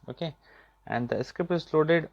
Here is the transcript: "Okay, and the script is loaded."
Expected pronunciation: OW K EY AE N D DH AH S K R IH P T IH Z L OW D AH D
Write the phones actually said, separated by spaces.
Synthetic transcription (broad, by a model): OW K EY AE N D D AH S K IH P IH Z L OW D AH D